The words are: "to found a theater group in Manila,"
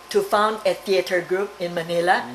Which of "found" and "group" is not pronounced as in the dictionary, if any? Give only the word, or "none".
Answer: none